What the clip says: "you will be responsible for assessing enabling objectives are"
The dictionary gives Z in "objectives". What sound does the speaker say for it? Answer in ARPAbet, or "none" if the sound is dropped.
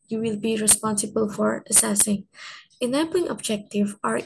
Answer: none